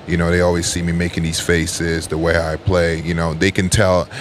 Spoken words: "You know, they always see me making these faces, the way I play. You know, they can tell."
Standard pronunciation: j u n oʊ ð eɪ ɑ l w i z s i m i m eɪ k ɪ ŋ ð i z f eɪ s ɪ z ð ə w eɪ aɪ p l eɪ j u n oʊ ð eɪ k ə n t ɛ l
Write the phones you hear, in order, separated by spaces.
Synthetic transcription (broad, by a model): j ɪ n oʊ ð eɪ ɑ l w i z s i m i m eɪ k ɪ ŋ ð i z f eɪ s ɪ z ð ə w eɪ aɪ p l eɪ j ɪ n oʊ ð eɪ k ə n t ɛ l